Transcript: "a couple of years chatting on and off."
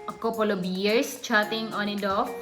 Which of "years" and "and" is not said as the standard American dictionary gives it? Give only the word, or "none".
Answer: years